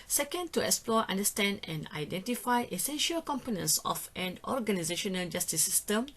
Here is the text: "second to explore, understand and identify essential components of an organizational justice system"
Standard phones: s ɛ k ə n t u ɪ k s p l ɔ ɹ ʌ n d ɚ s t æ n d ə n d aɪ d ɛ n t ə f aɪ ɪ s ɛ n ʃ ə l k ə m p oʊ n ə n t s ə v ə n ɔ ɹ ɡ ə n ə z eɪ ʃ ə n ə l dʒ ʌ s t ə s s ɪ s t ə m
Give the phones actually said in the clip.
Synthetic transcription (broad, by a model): s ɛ k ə n t u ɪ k s p l ɔ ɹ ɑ n d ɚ s t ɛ n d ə n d aɪ d ɛ n t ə f aɪ ɪ s ɛ n ʃ ə l k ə m p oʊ n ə n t s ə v ə n ɔ ɹ ɡ ə n ə z eɪ ʃ ə n ə l dʒ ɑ s t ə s s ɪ s t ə m